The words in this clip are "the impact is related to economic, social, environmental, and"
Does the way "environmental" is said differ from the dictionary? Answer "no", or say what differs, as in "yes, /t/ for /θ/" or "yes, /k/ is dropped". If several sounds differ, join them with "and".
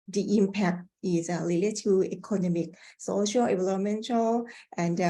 yes, /n/ is dropped and /l/ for /ɹ/ and /n/ is dropped